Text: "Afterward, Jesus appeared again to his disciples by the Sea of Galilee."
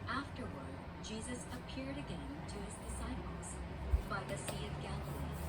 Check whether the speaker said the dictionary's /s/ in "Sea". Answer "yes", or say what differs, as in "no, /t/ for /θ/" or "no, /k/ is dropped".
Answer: yes